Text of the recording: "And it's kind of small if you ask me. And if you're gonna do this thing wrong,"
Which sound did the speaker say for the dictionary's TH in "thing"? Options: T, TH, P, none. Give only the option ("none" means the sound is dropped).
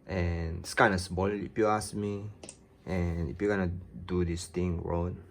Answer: T